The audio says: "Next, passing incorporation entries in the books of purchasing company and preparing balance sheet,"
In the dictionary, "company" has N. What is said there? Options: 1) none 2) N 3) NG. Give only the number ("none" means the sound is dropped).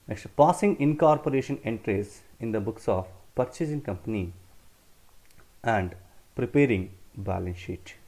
2